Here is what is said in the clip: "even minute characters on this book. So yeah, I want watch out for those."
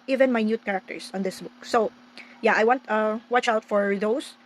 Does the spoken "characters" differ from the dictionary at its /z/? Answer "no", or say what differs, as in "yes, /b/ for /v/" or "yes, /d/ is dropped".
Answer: yes, /s/ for /z/